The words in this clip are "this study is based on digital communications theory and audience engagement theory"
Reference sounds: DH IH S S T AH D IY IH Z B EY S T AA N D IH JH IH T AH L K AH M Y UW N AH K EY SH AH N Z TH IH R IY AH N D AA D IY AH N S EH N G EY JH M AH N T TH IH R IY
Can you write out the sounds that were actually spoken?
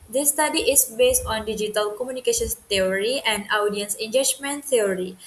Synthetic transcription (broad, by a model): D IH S S T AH D IY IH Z B EY S T AA N D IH JH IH T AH L K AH M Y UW N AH K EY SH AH N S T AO R IY AH N D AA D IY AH N S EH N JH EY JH M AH N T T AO R IY